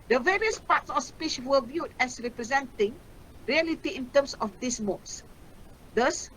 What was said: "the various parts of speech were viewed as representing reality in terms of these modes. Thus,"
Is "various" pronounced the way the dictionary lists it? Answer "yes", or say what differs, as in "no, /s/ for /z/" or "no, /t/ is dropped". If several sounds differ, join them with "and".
yes